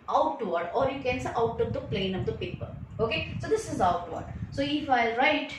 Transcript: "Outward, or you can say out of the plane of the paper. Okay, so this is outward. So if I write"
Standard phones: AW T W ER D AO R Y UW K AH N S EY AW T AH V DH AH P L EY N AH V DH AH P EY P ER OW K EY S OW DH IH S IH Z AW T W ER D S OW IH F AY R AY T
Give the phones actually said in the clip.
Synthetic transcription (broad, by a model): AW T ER D AO R Y UW K AH N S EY AW T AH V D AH P L EY N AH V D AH P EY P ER OW K EY S OW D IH S IH Z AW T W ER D S OW IH F AY R AY T